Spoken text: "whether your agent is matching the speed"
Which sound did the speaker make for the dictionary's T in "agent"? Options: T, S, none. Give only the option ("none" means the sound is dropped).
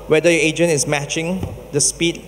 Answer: none